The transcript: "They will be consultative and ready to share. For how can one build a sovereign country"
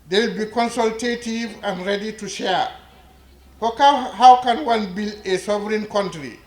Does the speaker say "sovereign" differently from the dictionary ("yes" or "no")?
no